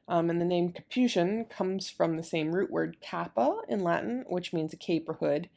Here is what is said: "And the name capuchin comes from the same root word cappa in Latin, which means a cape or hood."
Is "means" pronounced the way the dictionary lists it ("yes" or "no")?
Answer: yes